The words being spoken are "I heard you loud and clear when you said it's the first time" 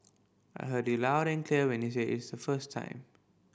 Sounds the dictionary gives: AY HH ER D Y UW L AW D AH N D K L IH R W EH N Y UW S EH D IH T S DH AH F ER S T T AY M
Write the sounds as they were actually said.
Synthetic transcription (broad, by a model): AY HH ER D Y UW L AW D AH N K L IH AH W EH N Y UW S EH IH T S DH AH F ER S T T AY M